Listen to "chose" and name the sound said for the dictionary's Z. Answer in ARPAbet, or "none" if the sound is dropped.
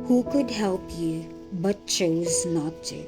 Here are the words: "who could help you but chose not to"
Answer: Z